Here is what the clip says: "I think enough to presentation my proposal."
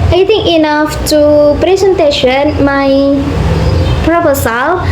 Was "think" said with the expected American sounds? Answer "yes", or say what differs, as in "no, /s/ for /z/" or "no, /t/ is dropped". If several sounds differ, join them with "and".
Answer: no, /t/ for /θ/